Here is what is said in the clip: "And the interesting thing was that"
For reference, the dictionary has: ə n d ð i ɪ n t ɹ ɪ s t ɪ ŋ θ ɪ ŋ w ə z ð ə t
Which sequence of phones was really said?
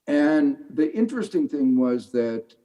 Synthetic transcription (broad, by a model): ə n ð i ɪ n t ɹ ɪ s t ɪ ŋ θ ɪ ŋ w ə z ð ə t